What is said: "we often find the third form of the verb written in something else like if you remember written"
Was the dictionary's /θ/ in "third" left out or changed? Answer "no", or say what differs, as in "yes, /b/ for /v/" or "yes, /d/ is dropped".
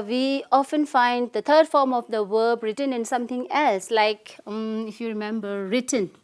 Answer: yes, /t/ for /θ/